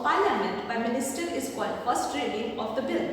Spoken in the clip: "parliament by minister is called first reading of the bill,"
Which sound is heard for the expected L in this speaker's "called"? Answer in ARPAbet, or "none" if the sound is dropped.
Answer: none